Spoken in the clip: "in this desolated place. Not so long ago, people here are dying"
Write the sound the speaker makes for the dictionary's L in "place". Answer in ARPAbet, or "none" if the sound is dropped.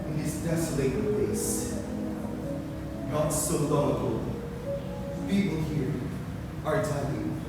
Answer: none